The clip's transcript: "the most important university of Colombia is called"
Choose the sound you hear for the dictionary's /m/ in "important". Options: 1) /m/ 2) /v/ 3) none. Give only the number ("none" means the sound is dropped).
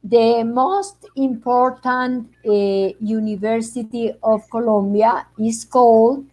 1